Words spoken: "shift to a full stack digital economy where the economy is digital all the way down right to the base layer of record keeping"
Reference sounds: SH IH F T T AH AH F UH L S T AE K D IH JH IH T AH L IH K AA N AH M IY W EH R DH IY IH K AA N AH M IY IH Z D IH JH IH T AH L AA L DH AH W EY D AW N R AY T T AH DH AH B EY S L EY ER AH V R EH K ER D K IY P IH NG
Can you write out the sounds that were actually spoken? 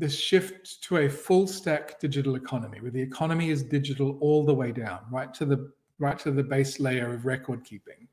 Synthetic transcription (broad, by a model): SH IH F T T AH AH F UH L S T AE K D IH JH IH T L IH K AA N AH M IY W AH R DH IY IH K AA N AH M IY IH Z D IH JH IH T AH L AA L DH AH W EY D AW N R AY T T AH DH AH B EY S L EY ER AH V R EH K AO D K IY P IH NG